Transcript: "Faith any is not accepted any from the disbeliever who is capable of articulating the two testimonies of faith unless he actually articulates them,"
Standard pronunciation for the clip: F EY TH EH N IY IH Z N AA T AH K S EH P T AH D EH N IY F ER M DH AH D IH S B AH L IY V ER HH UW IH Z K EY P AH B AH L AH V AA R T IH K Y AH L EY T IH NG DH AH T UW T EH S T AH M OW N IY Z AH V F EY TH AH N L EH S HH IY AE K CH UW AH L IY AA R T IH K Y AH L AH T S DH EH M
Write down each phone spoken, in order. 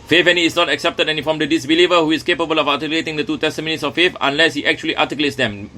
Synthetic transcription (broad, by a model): F EY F EH N IY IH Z N AA T AH K S EH P T AH D EH N IY F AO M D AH D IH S B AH L IY V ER HH UW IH S K EY P AH B AH L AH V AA T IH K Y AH L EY T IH NG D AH T UW T EH S T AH M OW N IY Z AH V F EY F AH N L EH S HH IY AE K CH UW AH L IY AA T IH K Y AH L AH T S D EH M